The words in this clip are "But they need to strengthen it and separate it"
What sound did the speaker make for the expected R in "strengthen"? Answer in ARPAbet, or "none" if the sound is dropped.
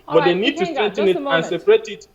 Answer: none